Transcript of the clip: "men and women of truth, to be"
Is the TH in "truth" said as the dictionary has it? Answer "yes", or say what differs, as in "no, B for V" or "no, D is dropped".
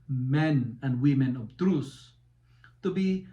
no, S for TH